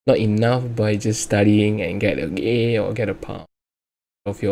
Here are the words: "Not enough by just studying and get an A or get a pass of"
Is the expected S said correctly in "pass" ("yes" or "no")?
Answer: no